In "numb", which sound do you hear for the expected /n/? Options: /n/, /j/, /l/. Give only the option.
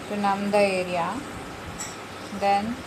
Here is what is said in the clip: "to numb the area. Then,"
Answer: /n/